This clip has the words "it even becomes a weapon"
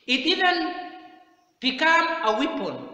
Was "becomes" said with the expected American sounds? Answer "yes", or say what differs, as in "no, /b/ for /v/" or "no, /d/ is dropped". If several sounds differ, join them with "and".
no, /z/ is dropped